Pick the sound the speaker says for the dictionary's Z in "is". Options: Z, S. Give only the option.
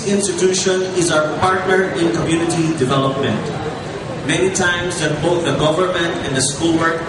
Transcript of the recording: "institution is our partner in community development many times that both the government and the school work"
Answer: Z